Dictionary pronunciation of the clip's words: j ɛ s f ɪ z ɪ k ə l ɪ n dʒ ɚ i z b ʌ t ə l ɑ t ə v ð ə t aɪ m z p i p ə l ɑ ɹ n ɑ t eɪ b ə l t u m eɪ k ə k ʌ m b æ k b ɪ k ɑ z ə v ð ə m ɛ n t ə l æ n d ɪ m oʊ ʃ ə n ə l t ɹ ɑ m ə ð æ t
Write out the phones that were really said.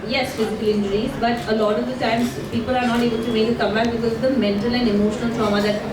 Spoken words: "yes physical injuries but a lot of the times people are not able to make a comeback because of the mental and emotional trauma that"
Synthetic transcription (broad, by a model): j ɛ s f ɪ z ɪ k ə l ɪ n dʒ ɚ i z b ʌ t ə l ɑ t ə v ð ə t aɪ m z p i p ə l ɑ ɹ n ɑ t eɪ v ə n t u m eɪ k ə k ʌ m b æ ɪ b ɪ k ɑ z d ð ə m ɛ n t ə l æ n d ɪ m oʊ ʃ ə n ə l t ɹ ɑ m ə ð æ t